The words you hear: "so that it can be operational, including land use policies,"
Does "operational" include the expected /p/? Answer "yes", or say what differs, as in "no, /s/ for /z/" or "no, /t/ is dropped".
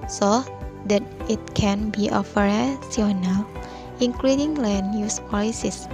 no, /f/ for /p/